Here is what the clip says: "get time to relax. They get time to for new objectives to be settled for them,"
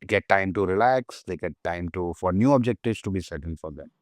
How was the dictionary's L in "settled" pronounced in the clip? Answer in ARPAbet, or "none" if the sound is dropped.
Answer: N